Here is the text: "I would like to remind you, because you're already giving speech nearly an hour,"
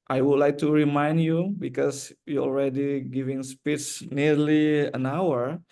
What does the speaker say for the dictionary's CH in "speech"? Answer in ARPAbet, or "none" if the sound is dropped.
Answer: S